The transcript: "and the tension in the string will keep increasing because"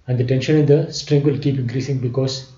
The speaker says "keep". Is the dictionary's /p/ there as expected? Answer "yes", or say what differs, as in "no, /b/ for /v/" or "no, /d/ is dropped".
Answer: yes